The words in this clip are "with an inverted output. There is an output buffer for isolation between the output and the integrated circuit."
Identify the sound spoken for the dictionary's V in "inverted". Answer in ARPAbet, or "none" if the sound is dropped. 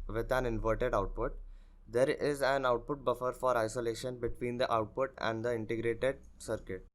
V